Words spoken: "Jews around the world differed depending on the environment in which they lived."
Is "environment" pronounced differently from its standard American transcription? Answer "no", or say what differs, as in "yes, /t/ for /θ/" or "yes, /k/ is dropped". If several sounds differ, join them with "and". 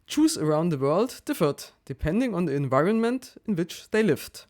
no